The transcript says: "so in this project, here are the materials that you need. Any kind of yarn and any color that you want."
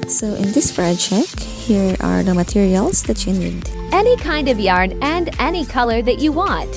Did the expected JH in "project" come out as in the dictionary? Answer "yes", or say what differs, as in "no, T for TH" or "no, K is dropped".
no, CH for JH